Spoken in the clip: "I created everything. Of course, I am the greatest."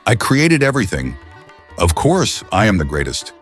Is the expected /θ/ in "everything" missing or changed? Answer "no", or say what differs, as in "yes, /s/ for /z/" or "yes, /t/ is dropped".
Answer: no